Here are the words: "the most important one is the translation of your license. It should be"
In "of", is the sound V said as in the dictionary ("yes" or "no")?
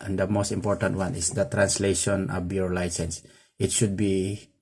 no